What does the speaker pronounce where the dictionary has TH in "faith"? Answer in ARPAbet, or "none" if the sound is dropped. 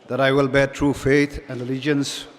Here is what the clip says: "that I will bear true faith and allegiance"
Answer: T